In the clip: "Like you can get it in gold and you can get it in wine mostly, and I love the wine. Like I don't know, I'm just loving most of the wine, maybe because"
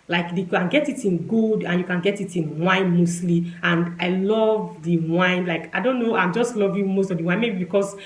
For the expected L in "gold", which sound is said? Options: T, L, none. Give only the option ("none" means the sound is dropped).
none